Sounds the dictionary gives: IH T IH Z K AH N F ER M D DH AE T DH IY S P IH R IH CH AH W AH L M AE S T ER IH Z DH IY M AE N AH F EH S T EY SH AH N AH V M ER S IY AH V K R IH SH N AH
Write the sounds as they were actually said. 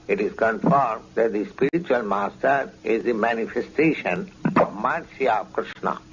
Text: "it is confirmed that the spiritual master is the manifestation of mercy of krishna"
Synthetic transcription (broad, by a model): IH T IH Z K AH N F ER M D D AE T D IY S P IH R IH CH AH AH L M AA S T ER IH Z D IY M AE N AH F EH S T EY SH AH N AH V M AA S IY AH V K R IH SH N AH